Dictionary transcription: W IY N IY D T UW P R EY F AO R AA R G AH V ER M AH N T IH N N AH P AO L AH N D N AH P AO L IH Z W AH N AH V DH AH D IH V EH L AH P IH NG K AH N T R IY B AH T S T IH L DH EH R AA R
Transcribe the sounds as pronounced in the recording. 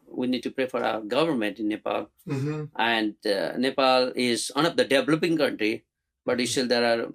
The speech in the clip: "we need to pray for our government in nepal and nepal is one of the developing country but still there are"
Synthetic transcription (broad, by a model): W IY N IY D T UW P R EY F AO R AA R G AH V ER M AH N T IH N N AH P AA L AH N D N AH P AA L IH Z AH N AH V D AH D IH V L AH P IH NG K AH N T R IY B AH T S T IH L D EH R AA R